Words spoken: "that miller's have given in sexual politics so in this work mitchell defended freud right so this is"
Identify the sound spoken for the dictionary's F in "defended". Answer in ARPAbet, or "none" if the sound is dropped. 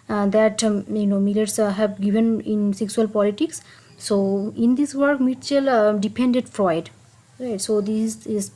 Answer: P